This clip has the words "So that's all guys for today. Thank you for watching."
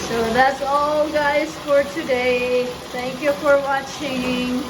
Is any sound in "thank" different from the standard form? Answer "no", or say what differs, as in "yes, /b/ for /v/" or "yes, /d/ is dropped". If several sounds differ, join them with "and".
yes, /t/ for /θ/